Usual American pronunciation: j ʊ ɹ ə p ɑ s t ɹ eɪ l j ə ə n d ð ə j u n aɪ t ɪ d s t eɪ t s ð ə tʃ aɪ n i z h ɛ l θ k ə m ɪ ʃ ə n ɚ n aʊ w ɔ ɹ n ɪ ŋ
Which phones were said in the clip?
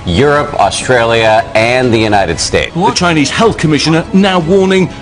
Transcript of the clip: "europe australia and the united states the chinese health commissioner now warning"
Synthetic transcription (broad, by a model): j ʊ ɹ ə p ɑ s t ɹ eɪ l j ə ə n ð ə j u n aɪ t ɪ d s t eɪ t ð ə tʃ aɪ n i z h ɛ l θ k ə m ɪ ʃ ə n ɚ n aʊ w ɔ n ɪ ŋ